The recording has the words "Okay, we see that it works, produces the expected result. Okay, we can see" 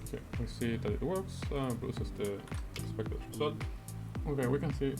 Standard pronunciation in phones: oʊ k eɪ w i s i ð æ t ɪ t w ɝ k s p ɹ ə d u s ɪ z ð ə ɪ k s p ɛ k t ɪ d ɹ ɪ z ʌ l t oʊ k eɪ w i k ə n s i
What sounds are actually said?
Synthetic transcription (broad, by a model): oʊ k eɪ w i s i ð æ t ɪ t w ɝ k s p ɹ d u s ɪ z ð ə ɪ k s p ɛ k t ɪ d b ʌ t oʊ k eɪ w i k ə n s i